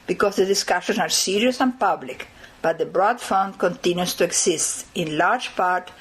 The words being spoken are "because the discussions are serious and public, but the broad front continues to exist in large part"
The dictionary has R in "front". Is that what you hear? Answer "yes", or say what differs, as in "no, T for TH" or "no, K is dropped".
no, R is dropped